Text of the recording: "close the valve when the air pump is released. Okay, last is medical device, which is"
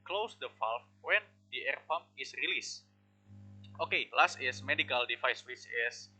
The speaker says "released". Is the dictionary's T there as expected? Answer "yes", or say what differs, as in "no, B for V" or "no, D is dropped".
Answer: yes